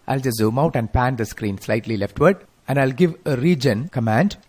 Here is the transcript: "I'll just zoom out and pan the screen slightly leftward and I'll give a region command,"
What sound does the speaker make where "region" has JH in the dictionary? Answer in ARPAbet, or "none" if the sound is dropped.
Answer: JH